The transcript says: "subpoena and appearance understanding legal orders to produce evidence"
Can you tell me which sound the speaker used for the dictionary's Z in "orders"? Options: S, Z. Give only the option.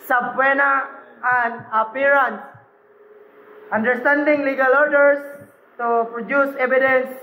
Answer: S